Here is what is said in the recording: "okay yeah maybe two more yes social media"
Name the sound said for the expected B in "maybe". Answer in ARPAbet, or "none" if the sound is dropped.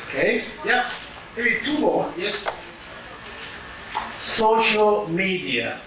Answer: none